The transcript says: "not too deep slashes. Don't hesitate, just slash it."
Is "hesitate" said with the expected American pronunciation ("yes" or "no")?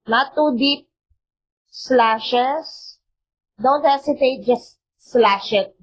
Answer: no